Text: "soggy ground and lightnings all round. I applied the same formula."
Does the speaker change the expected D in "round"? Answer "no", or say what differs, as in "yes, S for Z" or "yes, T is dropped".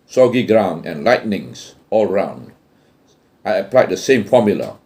no